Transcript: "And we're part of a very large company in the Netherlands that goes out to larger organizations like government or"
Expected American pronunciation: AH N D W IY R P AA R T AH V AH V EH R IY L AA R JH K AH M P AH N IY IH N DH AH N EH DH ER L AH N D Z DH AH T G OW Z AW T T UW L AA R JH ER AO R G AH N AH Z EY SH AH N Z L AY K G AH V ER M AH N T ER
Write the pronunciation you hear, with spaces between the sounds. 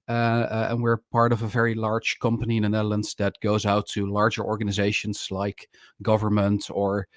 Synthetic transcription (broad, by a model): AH N W IY R P AA R T AH V AH V EH R IY L AA R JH K AH M P AH N IY IH N DH AH N EH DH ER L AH N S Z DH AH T G OW Z AW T T UW L AA R JH ER AO R G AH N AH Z EY SH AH N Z L AY K G AH V ER M AH N T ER